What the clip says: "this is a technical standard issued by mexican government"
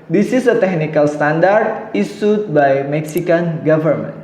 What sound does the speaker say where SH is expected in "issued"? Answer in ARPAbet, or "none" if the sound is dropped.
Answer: S